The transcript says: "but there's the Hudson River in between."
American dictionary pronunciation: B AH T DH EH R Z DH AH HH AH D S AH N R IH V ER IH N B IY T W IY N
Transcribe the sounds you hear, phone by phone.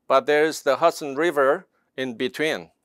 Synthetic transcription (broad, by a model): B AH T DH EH R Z DH AH HH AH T S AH N R IH V ER IH N B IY T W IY N